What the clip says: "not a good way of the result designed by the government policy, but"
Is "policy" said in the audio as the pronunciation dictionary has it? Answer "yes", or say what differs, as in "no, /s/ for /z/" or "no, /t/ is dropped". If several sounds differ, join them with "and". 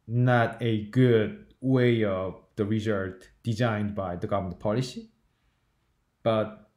yes